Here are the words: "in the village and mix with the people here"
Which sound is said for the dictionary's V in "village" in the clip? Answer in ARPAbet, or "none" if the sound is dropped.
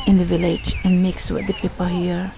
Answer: V